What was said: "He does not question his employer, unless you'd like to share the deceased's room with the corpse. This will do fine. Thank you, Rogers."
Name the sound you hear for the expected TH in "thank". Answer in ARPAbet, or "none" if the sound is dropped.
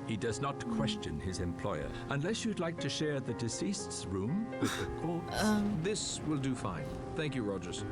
TH